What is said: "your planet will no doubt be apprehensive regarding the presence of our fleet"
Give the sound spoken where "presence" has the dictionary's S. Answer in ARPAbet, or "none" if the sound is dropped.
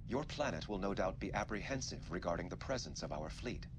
S